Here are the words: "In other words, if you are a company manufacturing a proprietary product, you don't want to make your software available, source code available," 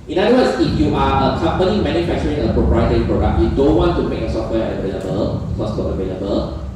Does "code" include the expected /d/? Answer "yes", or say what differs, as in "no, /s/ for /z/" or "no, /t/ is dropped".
no, /d/ is dropped